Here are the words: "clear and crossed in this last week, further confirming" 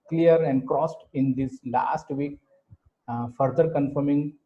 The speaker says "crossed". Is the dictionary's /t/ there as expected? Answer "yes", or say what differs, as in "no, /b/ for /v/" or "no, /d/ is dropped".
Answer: yes